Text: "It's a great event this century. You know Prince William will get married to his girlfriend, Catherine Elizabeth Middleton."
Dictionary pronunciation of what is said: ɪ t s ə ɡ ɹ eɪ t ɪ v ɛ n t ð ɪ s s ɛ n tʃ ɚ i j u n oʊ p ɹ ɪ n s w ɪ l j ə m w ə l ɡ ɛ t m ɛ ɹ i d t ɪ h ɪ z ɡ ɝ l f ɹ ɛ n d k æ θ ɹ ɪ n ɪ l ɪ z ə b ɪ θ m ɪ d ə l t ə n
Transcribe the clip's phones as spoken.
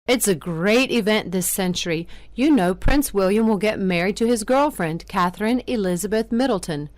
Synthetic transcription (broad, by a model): ɪ t s ə ɡ ɹ eɪ t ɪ v ɛ n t ð ɪ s s ɛ n tʃ ɚ i j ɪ n oʊ p ɹ ɪ n s w ɪ l j ə m w ə l ɡ ɛ t m ɛ ɹ i d t ɪ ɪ z ɡ ɝ l f ɹ ɛ n d k æ θ ɹ ɪ n ɪ l ɪ z ə b ɪ θ m ɪ d l t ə n